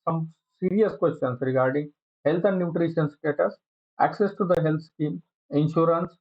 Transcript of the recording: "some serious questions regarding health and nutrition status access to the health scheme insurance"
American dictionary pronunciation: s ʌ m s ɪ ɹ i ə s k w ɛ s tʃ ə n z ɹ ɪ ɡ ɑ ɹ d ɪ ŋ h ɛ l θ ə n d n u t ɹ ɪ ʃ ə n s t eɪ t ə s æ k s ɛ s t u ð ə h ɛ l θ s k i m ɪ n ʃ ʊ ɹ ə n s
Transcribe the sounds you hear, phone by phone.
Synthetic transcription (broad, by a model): s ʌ m s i ɹ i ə s k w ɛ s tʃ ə n s ɹ ɪ ɡ ɑ ɹ d ɪ ŋ h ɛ l t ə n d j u t ɹ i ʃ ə n s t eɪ t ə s æ k s ɛ s t u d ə h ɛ l t s k i m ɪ n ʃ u ɹ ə n s